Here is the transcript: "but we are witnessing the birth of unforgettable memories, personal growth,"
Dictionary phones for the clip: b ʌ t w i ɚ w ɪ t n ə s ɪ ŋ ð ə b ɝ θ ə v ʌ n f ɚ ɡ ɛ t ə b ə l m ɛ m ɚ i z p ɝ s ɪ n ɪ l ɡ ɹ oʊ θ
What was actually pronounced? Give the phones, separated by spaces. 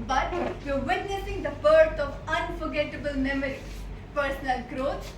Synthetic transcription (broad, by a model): b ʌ t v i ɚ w ɪ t n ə s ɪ ŋ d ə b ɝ t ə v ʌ n f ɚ ɡ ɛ t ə b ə l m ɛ m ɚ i p ɝ s ɪ n ɪ l ɡ ɹ oʊ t